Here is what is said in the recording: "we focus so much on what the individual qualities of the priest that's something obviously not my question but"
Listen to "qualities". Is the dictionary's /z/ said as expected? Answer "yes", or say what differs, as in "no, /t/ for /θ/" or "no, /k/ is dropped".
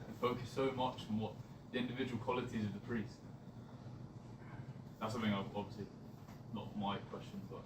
yes